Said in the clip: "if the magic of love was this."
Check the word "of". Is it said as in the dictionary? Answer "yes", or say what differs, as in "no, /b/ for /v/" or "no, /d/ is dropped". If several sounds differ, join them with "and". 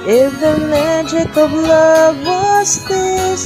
no, /b/ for /v/